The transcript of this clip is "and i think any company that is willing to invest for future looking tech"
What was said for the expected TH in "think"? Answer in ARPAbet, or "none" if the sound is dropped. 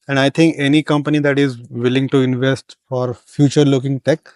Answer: T